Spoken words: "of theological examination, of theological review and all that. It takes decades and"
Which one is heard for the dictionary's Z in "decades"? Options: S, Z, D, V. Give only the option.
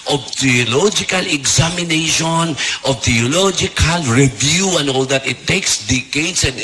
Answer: S